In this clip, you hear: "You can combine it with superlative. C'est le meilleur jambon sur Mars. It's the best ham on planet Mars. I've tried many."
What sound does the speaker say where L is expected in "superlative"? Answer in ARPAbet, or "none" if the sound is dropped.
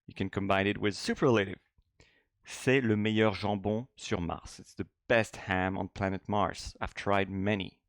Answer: L